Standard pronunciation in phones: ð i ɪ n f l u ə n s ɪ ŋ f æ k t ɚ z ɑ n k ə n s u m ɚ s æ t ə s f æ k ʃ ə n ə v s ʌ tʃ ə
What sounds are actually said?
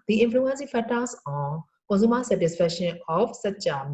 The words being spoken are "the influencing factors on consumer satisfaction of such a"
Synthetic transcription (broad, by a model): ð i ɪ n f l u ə n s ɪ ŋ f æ t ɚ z ɑ n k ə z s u m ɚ s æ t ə s f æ k ʃ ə n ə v s ʌ tʃ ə